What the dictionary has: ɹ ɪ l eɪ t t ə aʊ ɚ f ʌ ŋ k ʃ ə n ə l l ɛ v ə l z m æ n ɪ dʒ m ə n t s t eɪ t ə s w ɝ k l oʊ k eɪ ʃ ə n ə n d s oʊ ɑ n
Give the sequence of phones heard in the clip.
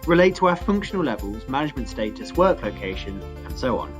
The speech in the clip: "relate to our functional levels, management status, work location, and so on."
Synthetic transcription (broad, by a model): ɹ ɪ l eɪ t t ə aʊ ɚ f ʌ ŋ k ʃ ə n ə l l ɛ v ə l z m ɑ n ɪ dʒ m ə n t s t eɪ t ə s w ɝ k l oʊ k eɪ ʃ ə n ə n s oʊ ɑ n